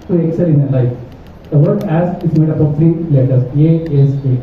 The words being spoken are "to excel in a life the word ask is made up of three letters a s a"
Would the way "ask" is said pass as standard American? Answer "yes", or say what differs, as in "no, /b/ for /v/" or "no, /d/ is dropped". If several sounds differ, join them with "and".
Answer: no, /k/ is dropped